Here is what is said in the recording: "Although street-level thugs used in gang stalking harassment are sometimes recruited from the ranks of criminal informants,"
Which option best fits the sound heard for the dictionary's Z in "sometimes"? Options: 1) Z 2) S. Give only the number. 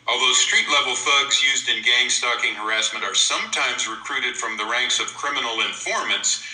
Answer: 1